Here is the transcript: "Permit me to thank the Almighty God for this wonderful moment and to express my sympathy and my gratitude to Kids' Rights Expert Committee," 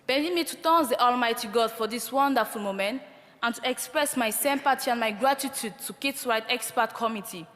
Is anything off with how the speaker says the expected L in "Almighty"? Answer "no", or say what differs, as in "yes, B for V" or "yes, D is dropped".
no